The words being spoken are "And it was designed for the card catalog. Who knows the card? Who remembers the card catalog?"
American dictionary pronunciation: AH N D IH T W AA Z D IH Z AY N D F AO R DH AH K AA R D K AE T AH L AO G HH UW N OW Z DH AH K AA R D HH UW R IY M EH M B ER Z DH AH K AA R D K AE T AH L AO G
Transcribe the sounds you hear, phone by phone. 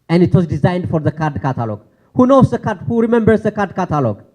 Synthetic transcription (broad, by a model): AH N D IH T W AA Z D IH Z AY N D F AO R DH AH K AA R D K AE T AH L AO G HH UW N OW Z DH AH K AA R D HH UW R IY M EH M B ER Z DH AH K AA R D K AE T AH L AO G